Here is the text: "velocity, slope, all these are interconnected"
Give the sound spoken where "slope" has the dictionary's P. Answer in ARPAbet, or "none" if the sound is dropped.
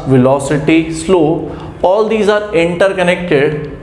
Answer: none